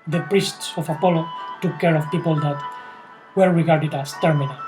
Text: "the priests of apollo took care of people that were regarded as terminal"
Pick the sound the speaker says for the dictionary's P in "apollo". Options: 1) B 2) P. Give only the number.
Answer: 2